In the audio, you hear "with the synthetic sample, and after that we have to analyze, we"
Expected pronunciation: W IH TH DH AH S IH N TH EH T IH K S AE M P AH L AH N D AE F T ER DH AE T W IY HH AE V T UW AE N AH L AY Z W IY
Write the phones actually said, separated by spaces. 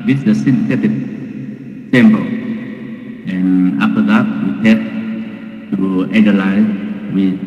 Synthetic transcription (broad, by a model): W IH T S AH S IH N S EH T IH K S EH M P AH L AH N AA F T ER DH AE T W IY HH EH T T UW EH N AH L AY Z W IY